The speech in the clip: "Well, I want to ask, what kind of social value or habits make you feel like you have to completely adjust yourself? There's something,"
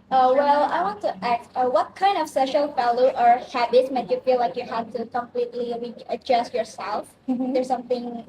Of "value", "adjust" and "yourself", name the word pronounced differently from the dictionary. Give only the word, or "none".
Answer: value